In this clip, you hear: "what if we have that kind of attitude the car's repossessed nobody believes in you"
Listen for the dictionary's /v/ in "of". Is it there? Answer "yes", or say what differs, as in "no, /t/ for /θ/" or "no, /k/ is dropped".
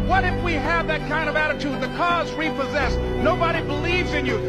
yes